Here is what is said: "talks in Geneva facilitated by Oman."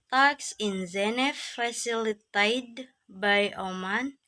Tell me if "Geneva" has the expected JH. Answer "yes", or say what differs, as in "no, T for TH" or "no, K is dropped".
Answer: no, Z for JH